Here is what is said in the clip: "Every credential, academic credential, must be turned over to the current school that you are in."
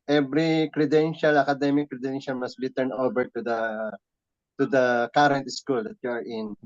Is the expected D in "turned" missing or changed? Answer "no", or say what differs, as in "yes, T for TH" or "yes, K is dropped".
yes, D is dropped